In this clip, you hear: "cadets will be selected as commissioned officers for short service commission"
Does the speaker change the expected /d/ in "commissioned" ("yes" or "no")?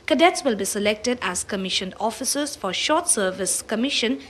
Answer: yes